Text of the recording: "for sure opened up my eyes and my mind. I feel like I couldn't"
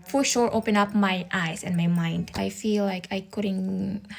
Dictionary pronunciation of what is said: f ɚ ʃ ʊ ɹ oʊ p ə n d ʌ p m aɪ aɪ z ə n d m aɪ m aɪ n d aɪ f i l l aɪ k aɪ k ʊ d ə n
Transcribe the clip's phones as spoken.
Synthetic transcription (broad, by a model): f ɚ ʃ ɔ ɹ oʊ p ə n ʌ p m aɪ aɪ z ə n m aɪ m aɪ n d aɪ f i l l aɪ k aɪ k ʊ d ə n